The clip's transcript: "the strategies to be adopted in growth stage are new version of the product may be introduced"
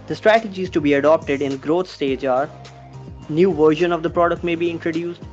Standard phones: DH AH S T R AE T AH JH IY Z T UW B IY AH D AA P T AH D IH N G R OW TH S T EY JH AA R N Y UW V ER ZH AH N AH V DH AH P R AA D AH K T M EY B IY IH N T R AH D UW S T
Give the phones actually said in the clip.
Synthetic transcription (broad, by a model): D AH S T R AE T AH JH IY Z T UW B IY AH D AA P T AH D IH N G R OW T S T EY JH AA R N Y UW V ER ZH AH N AH V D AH P R AA D AH K T M EY B IY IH N T R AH D UW S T